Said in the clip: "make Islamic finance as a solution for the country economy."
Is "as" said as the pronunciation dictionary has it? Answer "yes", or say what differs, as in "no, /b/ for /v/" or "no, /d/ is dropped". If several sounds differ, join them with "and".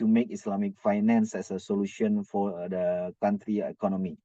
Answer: no, /s/ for /z/